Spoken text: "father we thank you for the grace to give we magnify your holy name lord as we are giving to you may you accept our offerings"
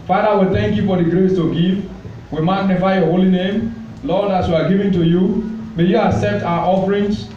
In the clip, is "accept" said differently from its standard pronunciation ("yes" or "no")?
yes